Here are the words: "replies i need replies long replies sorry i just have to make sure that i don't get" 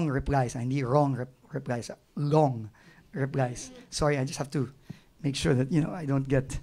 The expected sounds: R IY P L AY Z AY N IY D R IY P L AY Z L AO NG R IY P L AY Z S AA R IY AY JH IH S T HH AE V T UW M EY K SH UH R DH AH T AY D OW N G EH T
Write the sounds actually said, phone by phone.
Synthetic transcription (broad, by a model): R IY P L AY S AY N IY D R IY P L AY S L AO NG R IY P L AY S S AA R IY AY JH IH S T HH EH F T UW M EY K SH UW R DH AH T AY D OW N G EH T